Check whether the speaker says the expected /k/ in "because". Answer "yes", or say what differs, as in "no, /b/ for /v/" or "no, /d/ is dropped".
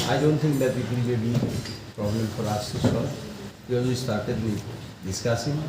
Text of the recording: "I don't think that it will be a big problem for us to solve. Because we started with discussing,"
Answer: no, /k/ is dropped